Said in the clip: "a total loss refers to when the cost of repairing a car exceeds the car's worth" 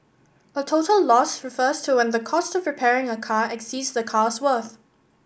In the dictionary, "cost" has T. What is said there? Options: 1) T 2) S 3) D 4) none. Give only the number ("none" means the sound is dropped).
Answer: 1